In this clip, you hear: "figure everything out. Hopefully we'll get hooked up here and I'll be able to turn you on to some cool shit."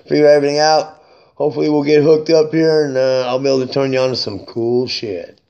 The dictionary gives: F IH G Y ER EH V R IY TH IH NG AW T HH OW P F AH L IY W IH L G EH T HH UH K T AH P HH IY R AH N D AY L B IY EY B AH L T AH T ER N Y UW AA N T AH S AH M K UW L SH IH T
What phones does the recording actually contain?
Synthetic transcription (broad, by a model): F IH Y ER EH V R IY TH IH NG AW T HH OW P F L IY W IH L G EH T HH UH K T AH P HH IY R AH N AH AY L B IY EY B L T AH T ER N Y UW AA N T AH S AH M K UW L SH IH T